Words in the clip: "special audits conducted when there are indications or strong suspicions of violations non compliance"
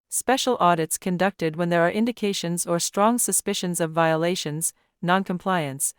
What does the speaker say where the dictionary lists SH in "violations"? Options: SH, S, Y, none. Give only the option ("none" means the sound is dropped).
SH